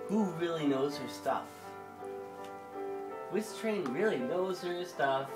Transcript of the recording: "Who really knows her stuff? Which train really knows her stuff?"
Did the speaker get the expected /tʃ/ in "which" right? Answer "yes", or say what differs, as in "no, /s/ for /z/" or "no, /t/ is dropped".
no, /s/ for /tʃ/